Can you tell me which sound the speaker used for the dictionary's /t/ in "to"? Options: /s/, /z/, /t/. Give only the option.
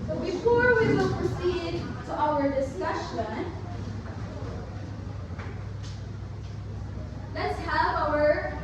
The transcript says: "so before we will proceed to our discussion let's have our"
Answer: /t/